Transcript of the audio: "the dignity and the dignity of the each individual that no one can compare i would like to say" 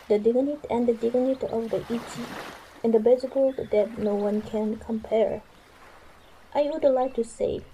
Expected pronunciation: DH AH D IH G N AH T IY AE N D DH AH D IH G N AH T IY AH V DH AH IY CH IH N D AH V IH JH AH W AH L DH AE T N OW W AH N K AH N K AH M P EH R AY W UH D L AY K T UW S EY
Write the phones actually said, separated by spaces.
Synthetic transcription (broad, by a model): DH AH D IH G N AH T IY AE N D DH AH D IH G N AH T IY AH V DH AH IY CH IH N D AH B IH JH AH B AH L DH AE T N OW W AH N K AH N K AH M P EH R AY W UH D L AY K T UW S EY